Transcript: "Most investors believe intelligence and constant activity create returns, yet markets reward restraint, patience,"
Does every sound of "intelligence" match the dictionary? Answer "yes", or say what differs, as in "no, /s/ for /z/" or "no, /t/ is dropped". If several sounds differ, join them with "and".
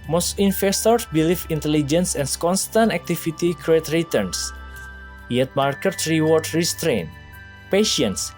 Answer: yes